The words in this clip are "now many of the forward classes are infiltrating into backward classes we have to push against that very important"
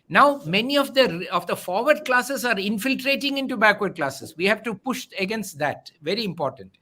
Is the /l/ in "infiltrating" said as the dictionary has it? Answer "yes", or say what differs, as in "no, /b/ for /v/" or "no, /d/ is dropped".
yes